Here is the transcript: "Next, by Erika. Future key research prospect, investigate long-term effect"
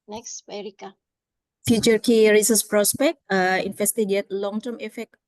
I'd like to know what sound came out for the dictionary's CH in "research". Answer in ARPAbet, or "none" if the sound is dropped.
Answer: S